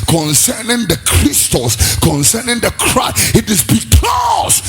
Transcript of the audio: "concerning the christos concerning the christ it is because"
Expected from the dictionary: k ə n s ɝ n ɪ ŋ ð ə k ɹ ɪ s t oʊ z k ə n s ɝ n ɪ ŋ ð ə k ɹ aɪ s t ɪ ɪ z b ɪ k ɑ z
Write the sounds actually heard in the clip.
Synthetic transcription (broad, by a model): k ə n s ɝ n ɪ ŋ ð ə k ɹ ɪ s t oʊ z k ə n s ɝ n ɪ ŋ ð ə k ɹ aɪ t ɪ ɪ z b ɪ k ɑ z